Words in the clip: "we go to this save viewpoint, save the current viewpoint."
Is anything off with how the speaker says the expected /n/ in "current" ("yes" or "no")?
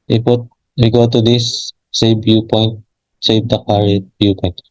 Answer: yes